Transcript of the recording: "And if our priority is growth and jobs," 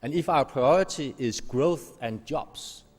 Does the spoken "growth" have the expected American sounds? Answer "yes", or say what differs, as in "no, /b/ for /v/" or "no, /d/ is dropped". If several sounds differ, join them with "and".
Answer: yes